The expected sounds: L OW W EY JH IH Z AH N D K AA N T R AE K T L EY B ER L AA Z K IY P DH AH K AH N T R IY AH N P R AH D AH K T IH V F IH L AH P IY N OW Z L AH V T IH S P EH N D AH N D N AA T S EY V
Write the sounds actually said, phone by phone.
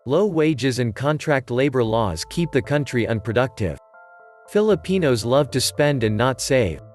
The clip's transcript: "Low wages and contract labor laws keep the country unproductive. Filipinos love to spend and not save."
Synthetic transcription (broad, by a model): L OW W EY JH IH Z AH N K AA N T R AE K T L EY B ER L AA Z K IY P DH AH K AH N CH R IY AH N P R AH D AH K T IH V F IH L AH P IY N OW Z L AH V T IH S P EH N D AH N N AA T S EY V